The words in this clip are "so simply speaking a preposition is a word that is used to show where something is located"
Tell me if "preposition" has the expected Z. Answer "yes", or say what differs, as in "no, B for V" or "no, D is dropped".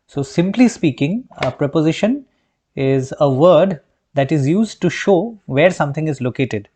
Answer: yes